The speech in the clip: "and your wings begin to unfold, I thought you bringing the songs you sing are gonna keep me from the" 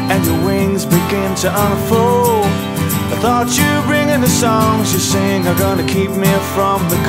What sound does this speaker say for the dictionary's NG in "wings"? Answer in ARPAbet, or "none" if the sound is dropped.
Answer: NG